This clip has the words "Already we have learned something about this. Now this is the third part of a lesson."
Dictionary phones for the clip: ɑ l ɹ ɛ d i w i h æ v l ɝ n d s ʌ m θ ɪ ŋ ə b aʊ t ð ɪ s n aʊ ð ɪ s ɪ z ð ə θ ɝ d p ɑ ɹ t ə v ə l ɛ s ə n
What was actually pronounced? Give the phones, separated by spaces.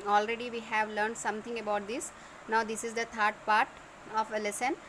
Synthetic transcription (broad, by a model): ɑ l ɹ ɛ d i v i h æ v l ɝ n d s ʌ m t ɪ ŋ ə b aʊ t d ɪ s n aʊ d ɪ s ɪ z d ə t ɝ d p ɑ ɹ t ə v ə l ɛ s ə n